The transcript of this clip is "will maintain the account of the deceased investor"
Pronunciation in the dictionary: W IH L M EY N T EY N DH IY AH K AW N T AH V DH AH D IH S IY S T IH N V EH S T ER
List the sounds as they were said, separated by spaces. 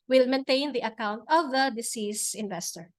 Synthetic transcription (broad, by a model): W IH L M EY N T EY N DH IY AH K AW N T AH V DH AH D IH S IY S IH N V EH S T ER